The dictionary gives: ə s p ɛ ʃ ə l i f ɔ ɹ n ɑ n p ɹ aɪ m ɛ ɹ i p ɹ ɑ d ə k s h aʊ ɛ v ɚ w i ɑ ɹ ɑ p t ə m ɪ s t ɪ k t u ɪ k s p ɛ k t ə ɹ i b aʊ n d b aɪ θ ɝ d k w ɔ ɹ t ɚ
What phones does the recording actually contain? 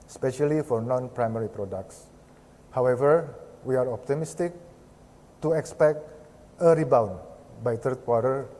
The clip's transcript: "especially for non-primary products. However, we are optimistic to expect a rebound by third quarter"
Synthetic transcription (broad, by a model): s p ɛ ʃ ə l i f ɔ ɹ n ɑ n p ɹ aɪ m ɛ ɹ i p ɹ ɑ d ə k s h aʊ ɛ v ɚ w i ɑ ɹ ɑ p t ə m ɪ s t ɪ k t u ɪ k s p ɛ k t ə ɹ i b aʊ n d b aɪ t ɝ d k w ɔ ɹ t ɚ